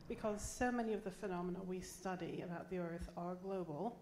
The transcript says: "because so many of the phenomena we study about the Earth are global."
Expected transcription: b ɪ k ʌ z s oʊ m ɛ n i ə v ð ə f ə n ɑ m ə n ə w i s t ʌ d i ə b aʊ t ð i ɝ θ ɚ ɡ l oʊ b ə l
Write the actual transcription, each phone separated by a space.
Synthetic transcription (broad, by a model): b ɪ k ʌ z s oʊ m ɛ n i ə v ð ə f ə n ɑ m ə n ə w i s t ʌ d i ə b aʊ t ð i ɝ θ ɚ ɡ l oʊ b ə l